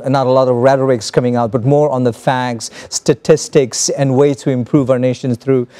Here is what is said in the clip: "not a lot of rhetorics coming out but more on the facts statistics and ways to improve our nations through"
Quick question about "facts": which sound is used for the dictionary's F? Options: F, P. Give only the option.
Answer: F